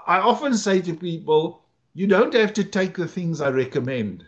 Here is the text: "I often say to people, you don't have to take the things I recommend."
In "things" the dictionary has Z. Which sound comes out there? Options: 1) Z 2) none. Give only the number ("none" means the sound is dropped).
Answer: 1